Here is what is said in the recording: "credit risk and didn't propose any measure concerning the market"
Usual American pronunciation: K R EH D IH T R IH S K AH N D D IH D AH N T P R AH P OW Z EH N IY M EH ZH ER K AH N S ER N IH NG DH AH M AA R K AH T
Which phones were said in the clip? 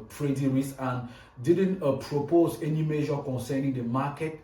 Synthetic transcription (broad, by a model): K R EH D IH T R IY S AH N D D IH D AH N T P R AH P OW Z EH N IY M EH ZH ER K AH N S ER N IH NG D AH M AA K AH T